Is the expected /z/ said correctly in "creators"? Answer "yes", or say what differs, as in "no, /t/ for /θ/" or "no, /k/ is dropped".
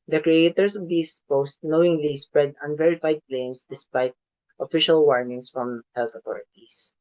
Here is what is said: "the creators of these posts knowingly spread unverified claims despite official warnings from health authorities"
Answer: no, /s/ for /z/